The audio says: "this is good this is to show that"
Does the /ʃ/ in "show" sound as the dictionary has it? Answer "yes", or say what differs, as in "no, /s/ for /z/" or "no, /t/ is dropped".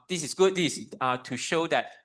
yes